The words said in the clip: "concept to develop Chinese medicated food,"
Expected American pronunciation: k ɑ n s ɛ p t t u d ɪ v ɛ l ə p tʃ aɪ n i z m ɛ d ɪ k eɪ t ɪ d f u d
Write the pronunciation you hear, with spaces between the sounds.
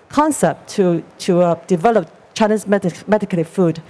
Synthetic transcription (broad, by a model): k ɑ n s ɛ p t t u d ɪ v ɛ l ə p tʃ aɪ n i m m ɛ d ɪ k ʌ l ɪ f u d